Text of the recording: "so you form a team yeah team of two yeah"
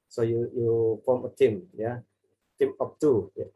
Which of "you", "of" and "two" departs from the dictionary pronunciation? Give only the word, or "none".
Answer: of